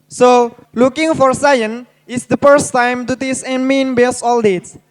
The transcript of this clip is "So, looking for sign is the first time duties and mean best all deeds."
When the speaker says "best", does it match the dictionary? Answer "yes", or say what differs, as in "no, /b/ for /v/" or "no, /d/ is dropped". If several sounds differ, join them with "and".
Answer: no, /t/ is dropped